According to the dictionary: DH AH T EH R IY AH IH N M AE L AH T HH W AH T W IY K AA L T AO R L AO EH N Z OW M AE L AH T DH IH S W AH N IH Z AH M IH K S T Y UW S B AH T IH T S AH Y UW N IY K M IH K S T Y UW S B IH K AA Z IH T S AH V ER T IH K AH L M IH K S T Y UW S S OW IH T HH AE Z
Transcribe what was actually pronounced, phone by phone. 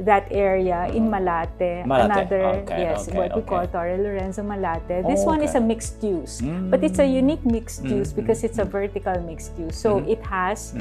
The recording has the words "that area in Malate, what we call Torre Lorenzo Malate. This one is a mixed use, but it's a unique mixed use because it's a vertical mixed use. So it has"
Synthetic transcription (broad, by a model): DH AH T EH R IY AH IH N M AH L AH T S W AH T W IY K AA L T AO R L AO EH N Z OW M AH L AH T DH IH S W AH N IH S AH M IH K S T Y UW S B AH T IH T S AH Y UW N IY K M IH K S T Y UW S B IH K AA S IH T S AH V ER T IH K AH L M IH K S T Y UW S S OW IH T HH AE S